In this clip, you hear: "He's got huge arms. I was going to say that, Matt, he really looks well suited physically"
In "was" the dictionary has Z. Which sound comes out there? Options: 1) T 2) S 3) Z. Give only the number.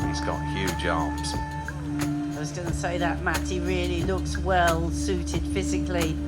3